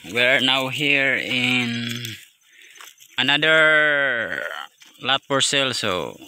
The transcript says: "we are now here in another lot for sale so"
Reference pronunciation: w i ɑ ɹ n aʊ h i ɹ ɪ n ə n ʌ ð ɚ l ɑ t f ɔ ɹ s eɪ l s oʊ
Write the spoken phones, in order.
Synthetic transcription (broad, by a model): w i ɑ ɹ n aʊ h i ɹ ɪ n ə n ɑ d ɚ l ɑ t p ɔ ɹ s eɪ l s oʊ